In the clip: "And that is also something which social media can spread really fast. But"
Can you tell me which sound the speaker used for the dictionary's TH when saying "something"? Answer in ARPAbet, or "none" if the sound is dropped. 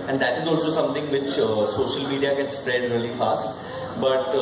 T